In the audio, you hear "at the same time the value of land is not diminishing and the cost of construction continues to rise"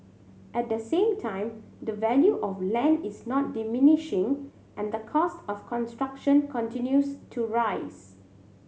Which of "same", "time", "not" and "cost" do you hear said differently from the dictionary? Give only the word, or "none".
none